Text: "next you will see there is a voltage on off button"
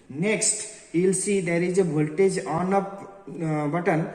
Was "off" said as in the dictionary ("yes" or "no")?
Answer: no